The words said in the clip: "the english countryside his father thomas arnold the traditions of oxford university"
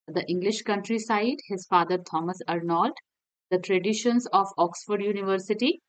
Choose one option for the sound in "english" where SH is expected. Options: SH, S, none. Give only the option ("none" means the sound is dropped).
SH